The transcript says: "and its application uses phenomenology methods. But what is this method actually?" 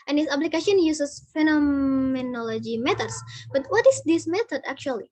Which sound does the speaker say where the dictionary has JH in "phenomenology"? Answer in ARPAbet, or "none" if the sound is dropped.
JH